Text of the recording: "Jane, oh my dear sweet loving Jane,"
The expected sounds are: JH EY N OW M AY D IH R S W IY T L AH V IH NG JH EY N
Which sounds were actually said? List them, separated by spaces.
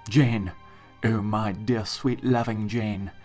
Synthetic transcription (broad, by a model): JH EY N OW M AY D IH R S W IY T L AH V IH NG JH EY N